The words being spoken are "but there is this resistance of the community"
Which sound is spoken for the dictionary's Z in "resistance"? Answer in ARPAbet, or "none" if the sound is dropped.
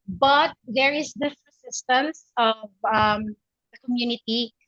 S